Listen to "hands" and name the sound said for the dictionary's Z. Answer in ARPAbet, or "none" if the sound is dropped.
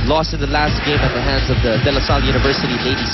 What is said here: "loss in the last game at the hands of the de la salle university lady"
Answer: Z